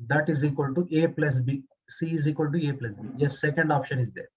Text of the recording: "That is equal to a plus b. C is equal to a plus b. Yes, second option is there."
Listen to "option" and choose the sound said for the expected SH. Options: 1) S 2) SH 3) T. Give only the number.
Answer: 2